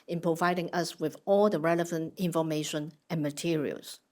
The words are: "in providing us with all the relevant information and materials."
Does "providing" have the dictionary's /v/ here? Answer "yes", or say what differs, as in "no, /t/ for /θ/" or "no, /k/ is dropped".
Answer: yes